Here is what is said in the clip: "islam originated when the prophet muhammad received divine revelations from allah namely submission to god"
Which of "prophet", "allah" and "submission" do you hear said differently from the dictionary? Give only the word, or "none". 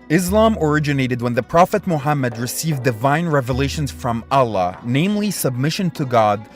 none